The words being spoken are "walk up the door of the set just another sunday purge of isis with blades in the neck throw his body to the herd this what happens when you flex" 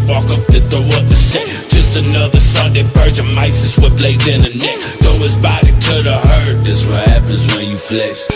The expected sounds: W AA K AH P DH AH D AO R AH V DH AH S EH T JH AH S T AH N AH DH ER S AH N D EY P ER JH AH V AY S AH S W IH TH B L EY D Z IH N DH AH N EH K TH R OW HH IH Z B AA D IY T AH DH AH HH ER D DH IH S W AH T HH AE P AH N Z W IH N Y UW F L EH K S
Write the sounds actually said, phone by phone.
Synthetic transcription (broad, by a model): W AA K AH P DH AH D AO W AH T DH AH S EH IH JH AH S T AH N AH DH ER S AH N D EY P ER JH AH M AY S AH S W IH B L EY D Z IH N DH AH N EH K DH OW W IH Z B AA D IY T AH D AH HH ER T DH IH S W AH T HH AE P AH N Z W IH N Y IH F L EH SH